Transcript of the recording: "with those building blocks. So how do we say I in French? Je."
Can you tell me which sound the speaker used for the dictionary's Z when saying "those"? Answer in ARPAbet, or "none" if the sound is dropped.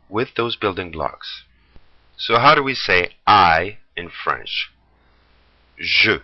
Z